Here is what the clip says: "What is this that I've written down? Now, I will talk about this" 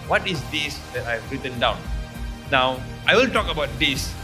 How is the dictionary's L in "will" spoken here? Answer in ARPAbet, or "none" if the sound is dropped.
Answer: N